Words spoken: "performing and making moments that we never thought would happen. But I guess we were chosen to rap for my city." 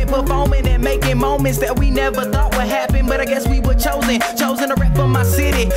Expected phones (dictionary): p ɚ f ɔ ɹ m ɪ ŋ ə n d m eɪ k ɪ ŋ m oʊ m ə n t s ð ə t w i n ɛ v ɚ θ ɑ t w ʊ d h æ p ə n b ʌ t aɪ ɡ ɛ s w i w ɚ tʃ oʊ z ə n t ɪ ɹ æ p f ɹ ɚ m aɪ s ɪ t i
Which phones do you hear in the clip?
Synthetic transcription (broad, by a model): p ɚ f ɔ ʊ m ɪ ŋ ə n m eɪ k ɪ ŋ m oʊ m ə n t s ð ə t w i n ɛ v ɚ θ ɑ t w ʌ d h æ p ə n b ʌ t aɪ ɡ ɛ s w i w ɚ tʃ oʊ z ə n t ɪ ɹ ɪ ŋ f ɹ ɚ m aɪ s ɪ t i